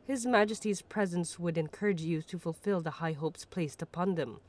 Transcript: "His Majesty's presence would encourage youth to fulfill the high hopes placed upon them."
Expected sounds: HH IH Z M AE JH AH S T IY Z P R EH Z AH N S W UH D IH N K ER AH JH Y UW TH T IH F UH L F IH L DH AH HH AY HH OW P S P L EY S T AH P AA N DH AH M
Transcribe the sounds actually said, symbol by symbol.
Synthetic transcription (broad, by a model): HH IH Z M AE JH AH S T IY Z P R EH Z AH N S W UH D IH N K ER AH JH Y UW T IH F UH L F IH L DH AH HH AY HH OW P S P L EY S T AH P AA N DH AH M